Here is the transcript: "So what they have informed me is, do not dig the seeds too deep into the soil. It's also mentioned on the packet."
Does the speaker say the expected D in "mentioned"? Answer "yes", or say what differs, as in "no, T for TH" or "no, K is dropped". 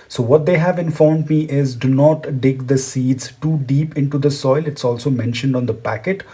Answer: yes